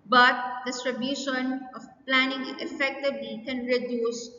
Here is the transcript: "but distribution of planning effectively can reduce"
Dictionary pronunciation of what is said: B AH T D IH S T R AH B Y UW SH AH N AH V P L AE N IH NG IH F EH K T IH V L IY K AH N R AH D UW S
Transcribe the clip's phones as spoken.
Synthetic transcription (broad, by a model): B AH T D IH S T R AH B Y UW SH AH N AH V P L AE N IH NG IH F EH K T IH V L IY K AH N R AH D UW S